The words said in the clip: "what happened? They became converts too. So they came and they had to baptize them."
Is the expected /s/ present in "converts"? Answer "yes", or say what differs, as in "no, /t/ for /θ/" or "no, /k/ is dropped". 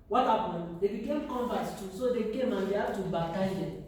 no, /s/ is dropped